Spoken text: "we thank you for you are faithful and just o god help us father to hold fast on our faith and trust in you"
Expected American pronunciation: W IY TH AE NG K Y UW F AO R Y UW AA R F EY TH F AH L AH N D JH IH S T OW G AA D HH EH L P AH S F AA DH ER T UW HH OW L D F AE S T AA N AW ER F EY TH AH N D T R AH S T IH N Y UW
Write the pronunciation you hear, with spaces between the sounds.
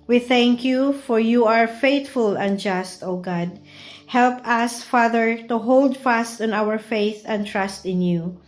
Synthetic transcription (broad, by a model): W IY TH AE NG K Y UW F AO R Y UW AA R F EY T F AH L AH N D JH IH S T OW G AA D HH EH L P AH S F AA DH ER T UW HH OW L D F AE S T AA N AW ER F EY TH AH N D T R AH S T IH N Y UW